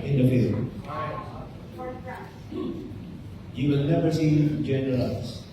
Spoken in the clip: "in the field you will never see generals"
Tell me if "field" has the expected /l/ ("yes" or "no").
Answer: no